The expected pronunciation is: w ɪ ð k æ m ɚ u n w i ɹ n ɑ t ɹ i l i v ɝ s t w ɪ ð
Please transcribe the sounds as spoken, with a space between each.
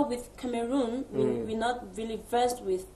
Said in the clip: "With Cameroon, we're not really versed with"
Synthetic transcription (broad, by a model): w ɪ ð k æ m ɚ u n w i w n ɑ t ɹ i l i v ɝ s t w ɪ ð